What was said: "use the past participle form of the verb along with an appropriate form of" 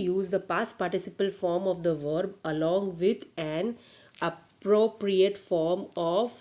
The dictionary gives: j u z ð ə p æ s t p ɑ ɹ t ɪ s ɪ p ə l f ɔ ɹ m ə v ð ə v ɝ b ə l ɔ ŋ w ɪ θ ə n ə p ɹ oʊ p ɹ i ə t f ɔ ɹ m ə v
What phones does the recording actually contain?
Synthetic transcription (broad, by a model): j u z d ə p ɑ s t p ɑ ɹ t ɪ s ɪ p ə l f ɔ ɹ m ə v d ə v ɝ b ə l ɔ ŋ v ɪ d ə n ə p ɹ oʊ p ɹ i ə t f ɔ ɹ m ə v